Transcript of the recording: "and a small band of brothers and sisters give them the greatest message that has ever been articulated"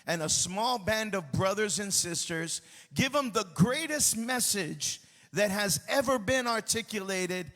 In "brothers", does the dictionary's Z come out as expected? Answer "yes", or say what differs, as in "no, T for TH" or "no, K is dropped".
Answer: yes